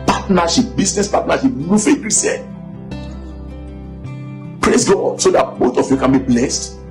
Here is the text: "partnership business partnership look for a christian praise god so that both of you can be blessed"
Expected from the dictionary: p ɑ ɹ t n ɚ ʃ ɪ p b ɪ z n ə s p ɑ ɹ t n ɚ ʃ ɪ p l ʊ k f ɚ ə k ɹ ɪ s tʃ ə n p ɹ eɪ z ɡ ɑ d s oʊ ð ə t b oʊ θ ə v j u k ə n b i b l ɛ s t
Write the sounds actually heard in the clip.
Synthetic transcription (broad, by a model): p ɑ t n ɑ ʃ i p b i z n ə s p ɑ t n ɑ ʃ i p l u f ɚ ə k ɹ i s ə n p ɹ eɪ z ɡ ɑ d s oʊ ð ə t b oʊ t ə f j u k ə n b i b l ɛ s t